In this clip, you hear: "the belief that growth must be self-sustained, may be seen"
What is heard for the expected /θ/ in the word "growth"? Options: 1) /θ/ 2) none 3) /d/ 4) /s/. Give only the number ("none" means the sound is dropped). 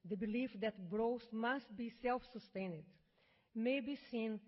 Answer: 4